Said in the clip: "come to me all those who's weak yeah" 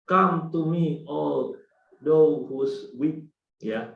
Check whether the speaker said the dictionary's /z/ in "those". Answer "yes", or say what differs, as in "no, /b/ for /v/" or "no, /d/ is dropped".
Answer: no, /z/ is dropped